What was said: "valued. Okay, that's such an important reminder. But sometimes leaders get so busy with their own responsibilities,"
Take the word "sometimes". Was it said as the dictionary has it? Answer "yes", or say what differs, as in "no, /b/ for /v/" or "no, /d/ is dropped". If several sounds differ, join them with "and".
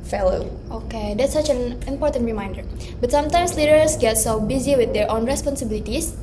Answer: no, /s/ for /z/